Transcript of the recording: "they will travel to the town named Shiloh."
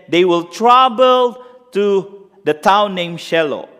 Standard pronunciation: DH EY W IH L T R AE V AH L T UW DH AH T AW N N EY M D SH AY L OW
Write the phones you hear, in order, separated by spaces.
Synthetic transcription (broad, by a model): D EY W IH L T R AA B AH L T UW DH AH T AW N N EY M SH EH L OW